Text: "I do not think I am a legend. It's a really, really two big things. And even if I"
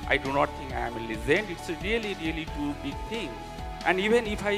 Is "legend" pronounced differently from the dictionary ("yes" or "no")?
yes